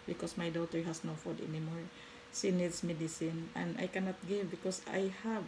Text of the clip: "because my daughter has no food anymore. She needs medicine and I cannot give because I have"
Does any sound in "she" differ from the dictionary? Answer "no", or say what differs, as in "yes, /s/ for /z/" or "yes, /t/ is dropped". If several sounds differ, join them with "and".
yes, /s/ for /ʃ/